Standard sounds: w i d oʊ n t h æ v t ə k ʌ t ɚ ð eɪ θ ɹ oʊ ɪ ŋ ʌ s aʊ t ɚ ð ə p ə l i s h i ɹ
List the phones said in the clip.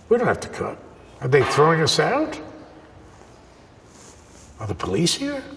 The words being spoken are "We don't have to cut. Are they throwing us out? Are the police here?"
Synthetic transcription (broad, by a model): w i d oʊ n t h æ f t ə k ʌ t ɚ ð eɪ θ ɹ oʊ ɪ ŋ ʌ s aʊ t ɚ ð ə p ə l i s h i ɹ